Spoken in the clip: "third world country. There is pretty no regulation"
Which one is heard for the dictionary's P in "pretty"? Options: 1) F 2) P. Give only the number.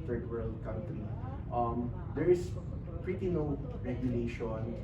2